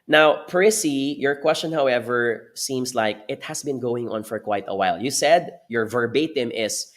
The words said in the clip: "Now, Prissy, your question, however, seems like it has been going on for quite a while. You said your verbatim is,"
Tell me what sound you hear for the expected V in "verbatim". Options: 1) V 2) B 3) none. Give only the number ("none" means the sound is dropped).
1